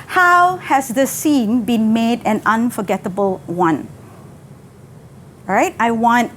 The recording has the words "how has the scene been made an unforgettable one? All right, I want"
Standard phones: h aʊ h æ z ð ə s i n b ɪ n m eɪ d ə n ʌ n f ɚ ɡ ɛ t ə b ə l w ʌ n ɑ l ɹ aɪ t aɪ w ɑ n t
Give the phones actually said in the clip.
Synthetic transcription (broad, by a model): h aʊ h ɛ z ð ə s i n b ɪ n m eɪ d ə n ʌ n f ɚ ɡ ɛ t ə b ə l w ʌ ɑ n ɹ aɪ t aɪ w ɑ n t